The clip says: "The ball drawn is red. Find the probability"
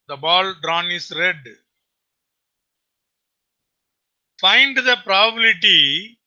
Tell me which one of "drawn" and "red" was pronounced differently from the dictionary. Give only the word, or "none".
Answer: none